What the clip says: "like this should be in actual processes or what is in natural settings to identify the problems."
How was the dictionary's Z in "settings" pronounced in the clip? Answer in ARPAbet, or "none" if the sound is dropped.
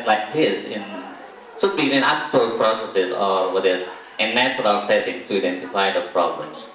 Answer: none